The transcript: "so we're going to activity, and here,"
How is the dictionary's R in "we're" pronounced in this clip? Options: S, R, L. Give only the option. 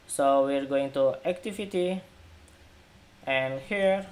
R